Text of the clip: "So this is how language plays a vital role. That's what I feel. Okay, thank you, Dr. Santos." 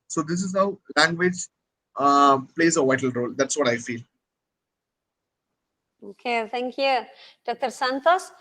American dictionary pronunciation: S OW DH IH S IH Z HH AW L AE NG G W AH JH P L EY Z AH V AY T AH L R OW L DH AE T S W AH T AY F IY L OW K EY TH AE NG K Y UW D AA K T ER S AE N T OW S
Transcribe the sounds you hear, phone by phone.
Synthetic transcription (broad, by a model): S OW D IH S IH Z HH AW L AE NG G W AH JH P L EY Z AH V AY T AH L R OW L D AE T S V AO T AY F IY L OW K EY T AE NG K Y UW D AA K T ER S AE N T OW S